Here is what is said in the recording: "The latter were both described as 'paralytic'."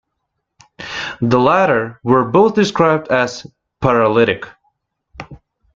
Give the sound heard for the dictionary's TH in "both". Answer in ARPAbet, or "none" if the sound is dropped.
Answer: TH